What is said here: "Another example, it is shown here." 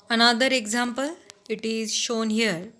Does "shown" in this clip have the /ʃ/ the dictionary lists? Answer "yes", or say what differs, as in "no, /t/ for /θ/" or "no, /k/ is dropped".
yes